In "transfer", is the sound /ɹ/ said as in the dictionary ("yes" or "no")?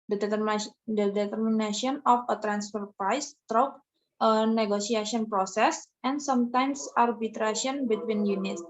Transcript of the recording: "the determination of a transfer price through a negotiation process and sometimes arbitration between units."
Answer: yes